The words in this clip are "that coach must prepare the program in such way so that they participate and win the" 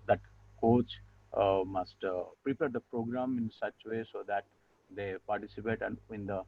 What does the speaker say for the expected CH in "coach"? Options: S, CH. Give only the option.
CH